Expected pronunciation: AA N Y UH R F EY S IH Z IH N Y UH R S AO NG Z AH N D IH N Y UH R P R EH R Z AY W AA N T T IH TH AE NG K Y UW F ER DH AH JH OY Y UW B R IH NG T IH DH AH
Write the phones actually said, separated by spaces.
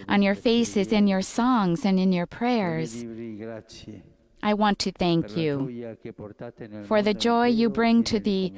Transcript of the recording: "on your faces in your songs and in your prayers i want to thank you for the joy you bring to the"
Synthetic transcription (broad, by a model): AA N Y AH R F EY S IH Z IH N Y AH R S AO NG Z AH N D IH N Y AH R P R EH R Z AY W AA N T T IH TH AE NG K Y UW F ER DH AH JH OY Y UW B R IH NG T IH DH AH